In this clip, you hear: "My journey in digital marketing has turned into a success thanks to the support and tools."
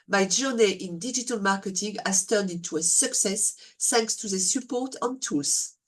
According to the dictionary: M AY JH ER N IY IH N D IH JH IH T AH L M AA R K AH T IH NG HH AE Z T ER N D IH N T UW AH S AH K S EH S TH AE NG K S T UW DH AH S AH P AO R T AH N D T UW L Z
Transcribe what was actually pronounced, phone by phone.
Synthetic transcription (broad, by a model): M AY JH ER N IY IH N D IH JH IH T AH L M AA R K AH T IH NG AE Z T ER N D IH N T UW AH S AH K S EH S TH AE NG K S T UW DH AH S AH P AO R T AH N T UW L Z